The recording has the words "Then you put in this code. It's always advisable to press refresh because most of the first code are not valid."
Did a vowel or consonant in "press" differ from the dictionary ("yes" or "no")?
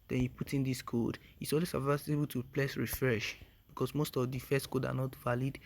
yes